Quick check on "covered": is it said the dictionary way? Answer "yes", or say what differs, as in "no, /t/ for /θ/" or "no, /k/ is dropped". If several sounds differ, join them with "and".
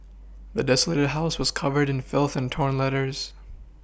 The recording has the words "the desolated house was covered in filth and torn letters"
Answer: yes